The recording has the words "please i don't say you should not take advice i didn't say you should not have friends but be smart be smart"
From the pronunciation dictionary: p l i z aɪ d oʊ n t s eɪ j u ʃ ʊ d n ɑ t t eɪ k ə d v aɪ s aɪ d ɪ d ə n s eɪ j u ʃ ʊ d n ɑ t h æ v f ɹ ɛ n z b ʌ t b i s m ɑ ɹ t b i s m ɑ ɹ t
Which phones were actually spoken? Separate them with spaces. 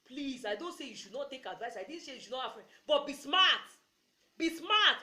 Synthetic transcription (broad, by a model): p l i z aɪ d oʊ n t s eɪ j u ʃ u d n ɑ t t eɪ k ə d v aɪ s aɪ d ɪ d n s eɪ j u ʃ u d n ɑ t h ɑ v f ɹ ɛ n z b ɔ t b i s m ɑ t b i s m ɑ t